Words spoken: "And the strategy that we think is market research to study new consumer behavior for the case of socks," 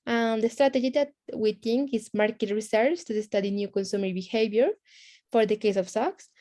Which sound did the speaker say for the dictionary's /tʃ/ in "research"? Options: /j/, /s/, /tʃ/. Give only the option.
/s/